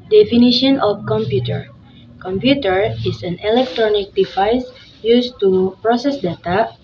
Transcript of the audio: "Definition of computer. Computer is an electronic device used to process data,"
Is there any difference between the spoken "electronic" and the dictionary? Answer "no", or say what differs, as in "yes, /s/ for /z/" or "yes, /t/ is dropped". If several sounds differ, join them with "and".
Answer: no